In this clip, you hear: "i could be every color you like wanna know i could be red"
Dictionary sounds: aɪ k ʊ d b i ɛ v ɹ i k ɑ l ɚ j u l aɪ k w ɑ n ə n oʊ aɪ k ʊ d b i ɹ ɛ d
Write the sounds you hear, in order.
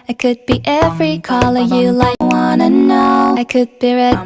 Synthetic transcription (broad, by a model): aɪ k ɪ d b i ɛ v ɹ i k ɑ l ɚ j u l aɪ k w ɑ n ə n oʊ aɪ k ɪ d b i ɹ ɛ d